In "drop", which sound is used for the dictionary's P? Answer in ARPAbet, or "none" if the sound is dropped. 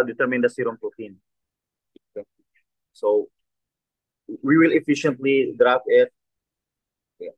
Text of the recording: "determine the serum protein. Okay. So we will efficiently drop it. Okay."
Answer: F